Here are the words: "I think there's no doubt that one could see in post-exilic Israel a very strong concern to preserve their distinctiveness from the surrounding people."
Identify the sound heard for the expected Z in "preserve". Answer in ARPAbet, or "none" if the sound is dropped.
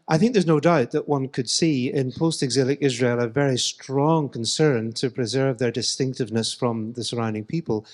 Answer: Z